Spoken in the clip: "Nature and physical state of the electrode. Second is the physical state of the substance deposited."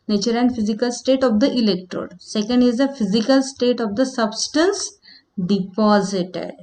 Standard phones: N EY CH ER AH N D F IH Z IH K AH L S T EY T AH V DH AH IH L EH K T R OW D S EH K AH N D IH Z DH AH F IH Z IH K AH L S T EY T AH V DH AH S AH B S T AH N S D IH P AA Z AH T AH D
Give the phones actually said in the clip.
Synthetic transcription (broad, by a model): N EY CH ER AH N D F IH Z IH K AH L S T EY T AH V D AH IH L EH K T R OW D S EH K AH N D IH Z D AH F IH Z IH K AH L S T EY T AH V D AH S AH B S T AH N S D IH P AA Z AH T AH D